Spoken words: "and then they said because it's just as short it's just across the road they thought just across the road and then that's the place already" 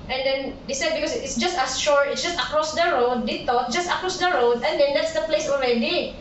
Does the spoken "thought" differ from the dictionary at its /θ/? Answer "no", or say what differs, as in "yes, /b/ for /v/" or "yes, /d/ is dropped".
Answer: yes, /t/ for /θ/